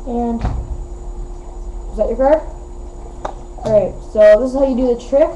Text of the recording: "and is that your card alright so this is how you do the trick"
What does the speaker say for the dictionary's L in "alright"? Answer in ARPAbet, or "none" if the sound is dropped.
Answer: none